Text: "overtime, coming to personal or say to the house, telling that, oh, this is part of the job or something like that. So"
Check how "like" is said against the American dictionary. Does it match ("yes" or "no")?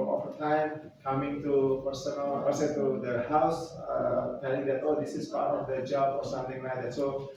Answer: no